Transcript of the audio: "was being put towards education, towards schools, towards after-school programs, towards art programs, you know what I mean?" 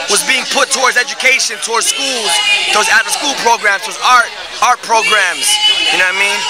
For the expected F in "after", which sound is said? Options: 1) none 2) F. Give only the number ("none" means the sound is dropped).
1